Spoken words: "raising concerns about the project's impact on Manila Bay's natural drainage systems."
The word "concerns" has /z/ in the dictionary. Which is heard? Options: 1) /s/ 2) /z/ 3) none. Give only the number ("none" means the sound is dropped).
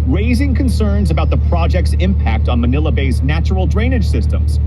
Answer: 2